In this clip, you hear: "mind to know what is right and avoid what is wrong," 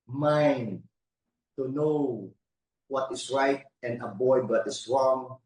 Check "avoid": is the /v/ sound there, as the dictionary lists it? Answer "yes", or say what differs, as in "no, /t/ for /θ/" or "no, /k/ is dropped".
no, /b/ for /v/